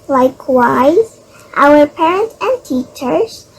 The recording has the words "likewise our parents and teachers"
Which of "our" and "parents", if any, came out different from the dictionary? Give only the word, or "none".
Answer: parents